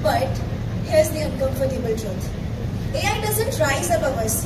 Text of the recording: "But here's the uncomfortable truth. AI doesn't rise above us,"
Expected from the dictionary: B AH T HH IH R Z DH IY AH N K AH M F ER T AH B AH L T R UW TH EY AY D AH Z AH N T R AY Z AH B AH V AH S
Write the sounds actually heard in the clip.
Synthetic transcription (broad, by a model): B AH T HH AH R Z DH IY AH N K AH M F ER T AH B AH L T R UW T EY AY D AH Z AH N T R AY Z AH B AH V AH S